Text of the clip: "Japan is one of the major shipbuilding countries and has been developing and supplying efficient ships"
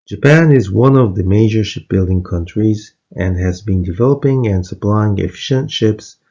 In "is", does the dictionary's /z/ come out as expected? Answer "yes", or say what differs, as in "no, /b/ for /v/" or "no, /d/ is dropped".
yes